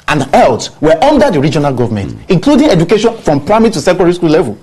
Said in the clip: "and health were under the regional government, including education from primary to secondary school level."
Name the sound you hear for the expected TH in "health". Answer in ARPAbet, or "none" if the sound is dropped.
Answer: T